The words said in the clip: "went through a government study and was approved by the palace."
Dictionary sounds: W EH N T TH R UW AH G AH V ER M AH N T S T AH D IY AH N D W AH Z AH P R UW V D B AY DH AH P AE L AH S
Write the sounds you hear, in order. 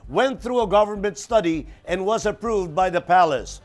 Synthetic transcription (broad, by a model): W EH N TH R UW AH G AH V ER M AH N T S T AH D IY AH N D W AH Z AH P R UW V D B AY DH AH P AE L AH S